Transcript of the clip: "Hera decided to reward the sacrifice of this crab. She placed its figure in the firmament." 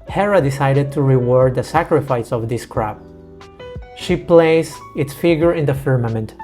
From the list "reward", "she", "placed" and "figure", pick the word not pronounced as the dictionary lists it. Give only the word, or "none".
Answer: placed